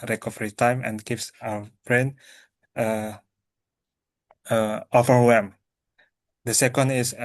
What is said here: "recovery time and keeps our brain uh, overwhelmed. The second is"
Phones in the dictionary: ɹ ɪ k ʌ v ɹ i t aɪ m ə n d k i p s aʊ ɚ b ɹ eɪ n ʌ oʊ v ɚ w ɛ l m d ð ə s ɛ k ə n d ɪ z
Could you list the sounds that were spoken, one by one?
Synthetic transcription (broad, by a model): ɹ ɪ k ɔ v ɹ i t aɪ m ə n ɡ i f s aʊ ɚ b ɹ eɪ n ʌ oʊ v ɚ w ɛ m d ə s ɛ k ə n d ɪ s